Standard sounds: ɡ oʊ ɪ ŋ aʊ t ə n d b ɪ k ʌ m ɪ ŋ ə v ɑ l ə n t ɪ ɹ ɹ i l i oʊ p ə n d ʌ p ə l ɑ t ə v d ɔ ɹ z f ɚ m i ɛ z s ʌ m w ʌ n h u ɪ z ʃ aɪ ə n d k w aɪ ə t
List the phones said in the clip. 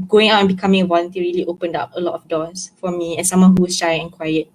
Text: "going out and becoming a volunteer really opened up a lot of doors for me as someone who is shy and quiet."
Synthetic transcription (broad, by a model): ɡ oʊ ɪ ŋ aʊ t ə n b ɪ k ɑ m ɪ ŋ ə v ɑ l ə n t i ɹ ɹ i l i oʊ p ə n d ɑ p ə l ɑ t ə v d ɔ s f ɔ m i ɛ s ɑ m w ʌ n h u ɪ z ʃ aɪ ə n k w aɪ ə t